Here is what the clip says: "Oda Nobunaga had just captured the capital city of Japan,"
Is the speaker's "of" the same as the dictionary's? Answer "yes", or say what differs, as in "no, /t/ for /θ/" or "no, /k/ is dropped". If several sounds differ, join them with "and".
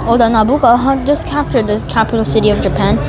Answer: yes